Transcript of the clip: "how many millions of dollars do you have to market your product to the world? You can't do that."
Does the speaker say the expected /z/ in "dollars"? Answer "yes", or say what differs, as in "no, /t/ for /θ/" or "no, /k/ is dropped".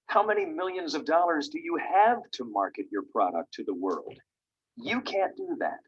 yes